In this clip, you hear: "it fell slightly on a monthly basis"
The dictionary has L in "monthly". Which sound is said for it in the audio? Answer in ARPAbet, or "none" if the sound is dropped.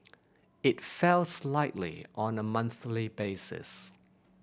L